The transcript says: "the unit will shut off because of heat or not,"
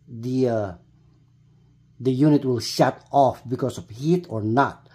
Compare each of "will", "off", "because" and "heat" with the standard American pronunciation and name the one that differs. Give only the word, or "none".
because